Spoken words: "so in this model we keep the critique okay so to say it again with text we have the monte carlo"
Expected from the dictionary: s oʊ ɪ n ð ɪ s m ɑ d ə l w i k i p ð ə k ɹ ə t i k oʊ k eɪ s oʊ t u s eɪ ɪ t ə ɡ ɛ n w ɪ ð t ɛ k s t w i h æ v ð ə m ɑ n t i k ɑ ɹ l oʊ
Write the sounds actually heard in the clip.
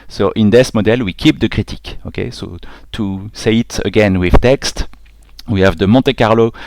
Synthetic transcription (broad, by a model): s oʊ ɪ n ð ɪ s m ɑ d ə l w i k i p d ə k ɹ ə t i k oʊ k eɪ s oʊ t u s eɪ ɪ t ə ɡ ɛ n w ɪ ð t ɛ k s t w i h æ v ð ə m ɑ t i k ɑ ɹ l oʊ